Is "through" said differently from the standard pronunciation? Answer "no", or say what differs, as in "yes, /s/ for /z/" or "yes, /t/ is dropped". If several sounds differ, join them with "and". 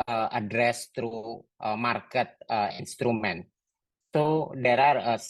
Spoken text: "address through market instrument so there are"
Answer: yes, /t/ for /θ/